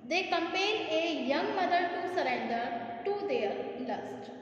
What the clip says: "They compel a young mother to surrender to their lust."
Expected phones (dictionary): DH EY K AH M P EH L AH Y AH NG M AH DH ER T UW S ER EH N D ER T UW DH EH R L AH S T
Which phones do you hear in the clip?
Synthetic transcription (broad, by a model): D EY K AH M P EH N AH Y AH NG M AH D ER T UW S ER EH N D ER T UW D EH R L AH S T